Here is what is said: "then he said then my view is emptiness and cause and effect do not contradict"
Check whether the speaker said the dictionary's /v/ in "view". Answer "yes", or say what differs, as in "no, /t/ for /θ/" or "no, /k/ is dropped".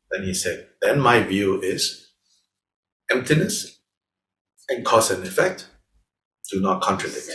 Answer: yes